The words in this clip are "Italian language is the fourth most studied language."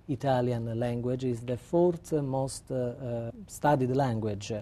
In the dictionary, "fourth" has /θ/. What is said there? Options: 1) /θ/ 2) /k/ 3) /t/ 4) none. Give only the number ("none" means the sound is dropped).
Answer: 3